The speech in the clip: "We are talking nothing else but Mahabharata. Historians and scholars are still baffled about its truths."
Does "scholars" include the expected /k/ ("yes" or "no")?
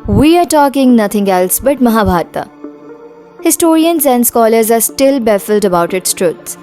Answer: yes